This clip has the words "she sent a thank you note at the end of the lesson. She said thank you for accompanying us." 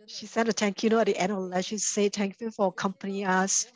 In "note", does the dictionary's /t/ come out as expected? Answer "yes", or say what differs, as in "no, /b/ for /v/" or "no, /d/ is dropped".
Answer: no, /t/ is dropped